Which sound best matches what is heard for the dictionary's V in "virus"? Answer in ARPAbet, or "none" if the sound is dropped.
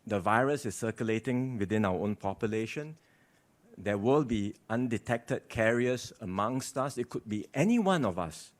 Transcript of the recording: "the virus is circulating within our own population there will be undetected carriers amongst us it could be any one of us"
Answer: V